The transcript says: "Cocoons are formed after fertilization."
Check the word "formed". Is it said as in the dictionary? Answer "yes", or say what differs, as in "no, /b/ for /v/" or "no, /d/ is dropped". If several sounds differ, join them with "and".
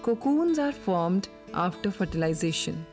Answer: yes